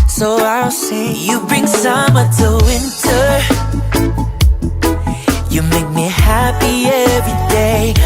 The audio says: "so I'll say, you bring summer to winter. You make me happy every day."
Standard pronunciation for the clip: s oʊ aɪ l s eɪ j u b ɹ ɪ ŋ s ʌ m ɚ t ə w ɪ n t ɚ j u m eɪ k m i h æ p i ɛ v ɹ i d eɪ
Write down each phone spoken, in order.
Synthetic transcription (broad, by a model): s oʊ aɪ l s eɪ j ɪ b ɹ ɪ ŋ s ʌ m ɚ t ə w ɪ n t ɚ j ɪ m eɪ k m i h æ p i ɛ v ɹ i d eɪ